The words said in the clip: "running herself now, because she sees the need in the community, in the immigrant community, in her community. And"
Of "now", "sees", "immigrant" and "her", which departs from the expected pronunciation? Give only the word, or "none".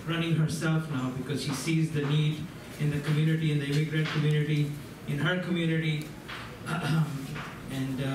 none